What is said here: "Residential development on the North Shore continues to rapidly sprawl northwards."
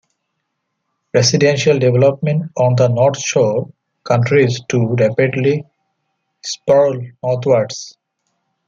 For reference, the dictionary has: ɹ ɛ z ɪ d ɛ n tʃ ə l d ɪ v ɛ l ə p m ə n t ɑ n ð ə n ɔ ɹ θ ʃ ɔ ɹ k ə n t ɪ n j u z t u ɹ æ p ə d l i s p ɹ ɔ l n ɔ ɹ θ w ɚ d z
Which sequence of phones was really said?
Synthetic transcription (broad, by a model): ɹ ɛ s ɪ d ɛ n ʃ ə l d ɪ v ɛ l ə p m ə n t ɑ n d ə n ɔ ɹ t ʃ ɔ k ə n t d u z t u ɹ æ p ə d l i s p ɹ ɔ l n ɔ ɹ t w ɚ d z